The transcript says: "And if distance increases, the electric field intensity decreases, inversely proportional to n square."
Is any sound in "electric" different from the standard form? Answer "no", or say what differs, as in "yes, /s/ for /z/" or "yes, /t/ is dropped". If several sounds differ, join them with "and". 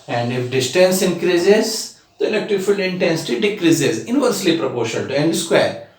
yes, /n/ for /l/ and /ɹ/ is dropped